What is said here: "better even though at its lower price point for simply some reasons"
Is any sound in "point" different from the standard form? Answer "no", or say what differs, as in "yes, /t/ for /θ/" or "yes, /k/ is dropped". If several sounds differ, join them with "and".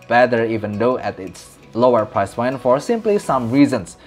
yes, /f/ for /p/